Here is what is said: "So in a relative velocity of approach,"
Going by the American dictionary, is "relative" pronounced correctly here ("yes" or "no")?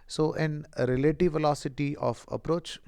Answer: yes